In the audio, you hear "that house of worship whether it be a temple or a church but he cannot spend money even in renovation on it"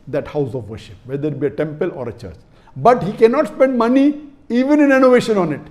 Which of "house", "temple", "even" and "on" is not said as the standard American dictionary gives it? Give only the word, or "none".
none